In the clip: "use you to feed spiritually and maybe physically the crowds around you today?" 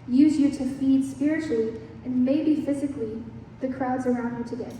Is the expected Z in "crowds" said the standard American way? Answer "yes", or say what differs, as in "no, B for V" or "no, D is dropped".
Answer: yes